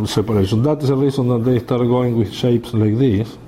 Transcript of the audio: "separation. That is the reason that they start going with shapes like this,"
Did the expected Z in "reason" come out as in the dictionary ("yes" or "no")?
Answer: no